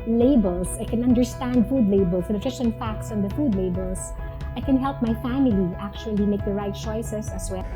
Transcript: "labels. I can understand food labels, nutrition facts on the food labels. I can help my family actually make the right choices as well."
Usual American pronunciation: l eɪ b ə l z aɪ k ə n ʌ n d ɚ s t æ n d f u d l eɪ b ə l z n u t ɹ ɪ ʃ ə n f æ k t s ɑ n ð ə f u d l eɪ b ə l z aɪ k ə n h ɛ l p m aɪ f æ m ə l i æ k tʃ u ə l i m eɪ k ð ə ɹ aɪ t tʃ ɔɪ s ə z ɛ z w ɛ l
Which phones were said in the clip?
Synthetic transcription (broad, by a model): l eɪ b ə l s aɪ k ə n ʌ n d ɚ s t æ n d f u d l eɪ b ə l s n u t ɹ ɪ s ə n f æ k t s ɑ n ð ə f u d l eɪ b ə l s aɪ k ə n h ɛ l p m aɪ f æ m ə l i æ k tʃ u ə l i m eɪ k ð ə ɹ aɪ t tʃ ɔɪ s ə s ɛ s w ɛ